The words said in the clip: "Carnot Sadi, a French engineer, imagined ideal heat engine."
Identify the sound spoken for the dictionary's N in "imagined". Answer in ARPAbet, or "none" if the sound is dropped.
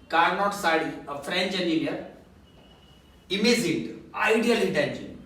none